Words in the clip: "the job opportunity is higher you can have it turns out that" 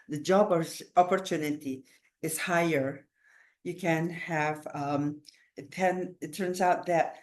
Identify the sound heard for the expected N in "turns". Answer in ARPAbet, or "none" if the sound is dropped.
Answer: N